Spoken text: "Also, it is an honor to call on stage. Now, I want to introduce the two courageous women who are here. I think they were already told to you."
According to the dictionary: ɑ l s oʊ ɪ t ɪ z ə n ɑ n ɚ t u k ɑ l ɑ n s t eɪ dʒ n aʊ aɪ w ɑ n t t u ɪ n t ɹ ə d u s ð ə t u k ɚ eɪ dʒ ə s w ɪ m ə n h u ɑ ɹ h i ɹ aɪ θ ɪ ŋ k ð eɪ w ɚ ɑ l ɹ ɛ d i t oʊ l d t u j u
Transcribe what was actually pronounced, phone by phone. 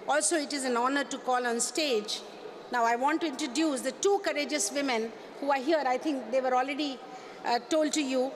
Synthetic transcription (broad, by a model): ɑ l s oʊ ɪ t ɪ z ə n ɑ n ɚ t u k ɑ l ɑ n s t eɪ dʒ n aʊ aɪ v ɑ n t t u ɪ n t ɹ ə d u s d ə t u k ɚ eɪ dʒ ə s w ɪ m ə n h u ɑ ɹ h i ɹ aɪ t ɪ ŋ k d eɪ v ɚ ɑ l ɹ ɛ d i t oʊ l d t u j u